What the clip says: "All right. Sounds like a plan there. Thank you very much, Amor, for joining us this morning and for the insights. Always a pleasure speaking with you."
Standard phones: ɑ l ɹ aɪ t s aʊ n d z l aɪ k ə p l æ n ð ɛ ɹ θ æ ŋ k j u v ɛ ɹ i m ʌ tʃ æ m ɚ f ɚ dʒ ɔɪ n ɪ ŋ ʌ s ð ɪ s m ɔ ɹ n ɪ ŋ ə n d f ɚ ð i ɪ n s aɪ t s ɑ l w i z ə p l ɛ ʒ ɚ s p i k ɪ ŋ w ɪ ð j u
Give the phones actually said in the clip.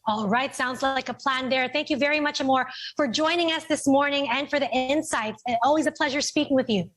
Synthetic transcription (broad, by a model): ɑ l ɹ aɪ t s aʊ n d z l aɪ k ə p l æ n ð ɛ ɹ θ æ ŋ k j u v ɛ ɹ i m ʌ tʃ m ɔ f ɚ dʒ ɔɪ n ɪ ŋ ʌ s ð ɪ s m ɔ ɹ n ɪ ŋ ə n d f ɚ ð i ɪ n s aɪ t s ɑ l w i z ə p l ɛ ʒ ɚ s p i k ɪ ŋ w ɪ ð j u